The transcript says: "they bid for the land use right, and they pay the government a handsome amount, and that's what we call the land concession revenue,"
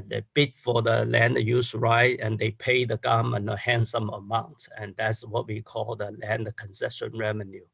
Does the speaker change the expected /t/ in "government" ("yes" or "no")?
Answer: yes